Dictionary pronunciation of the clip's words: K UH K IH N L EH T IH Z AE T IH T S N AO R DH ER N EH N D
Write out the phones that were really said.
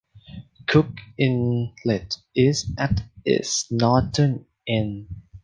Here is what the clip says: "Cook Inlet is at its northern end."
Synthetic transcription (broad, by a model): K UH K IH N L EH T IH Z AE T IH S N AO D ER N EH N